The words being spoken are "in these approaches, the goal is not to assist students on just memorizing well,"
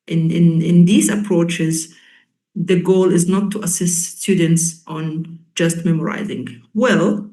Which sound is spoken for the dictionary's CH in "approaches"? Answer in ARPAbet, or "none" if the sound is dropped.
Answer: CH